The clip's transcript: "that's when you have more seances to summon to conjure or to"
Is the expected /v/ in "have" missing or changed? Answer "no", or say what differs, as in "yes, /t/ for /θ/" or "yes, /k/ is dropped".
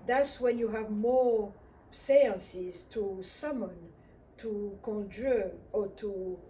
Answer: no